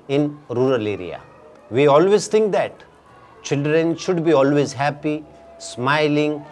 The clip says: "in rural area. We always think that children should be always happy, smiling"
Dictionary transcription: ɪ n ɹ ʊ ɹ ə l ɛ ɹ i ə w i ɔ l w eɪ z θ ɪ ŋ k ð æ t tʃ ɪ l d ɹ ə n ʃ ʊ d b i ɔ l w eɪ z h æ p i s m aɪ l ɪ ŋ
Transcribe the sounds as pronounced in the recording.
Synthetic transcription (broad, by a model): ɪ n ɹ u ɹ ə l ɛ ɹ i ə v i ɔ l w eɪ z t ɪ ŋ k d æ t tʃ ɪ l d ɹ ə n ʃ ʊ d b i ɔ l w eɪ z h æ p i s m aɪ l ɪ ŋ